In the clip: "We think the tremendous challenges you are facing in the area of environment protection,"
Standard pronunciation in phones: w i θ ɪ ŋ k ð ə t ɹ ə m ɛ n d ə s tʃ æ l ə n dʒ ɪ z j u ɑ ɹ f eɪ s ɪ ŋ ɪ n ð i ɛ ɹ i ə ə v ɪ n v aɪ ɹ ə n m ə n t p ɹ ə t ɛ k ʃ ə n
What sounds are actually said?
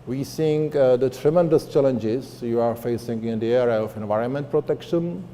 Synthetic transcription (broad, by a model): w i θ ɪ ŋ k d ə t ɹ ə m ɛ n d ə s tʃ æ l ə n dʒ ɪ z j u ɑ ɹ f eɪ s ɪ ŋ ɪ n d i ɛ ɹ i ə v ɪ n v aɪ ɹ ə n m ə n t p ɹ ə t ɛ k ʃ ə n